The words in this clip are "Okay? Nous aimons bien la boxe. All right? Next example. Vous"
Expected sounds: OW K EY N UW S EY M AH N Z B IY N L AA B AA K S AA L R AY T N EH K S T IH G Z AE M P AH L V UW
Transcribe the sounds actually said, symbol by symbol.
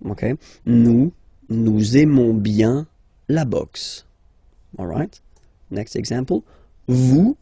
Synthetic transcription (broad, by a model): OW K EY N UW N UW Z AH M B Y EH L AA B AA K S AA L R AY T N EH K S T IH G Z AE P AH L V UW